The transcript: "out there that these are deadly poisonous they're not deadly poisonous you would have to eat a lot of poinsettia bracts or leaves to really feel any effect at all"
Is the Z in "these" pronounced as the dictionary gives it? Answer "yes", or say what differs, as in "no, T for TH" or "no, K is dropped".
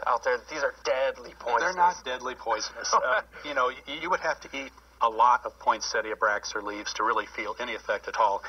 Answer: yes